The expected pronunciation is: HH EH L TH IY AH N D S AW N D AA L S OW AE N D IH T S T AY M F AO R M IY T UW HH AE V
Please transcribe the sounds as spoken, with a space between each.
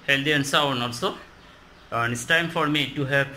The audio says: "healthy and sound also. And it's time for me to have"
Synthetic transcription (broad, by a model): HH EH L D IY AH N S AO N AA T S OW N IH S T AY M F AO R M IY T UW HH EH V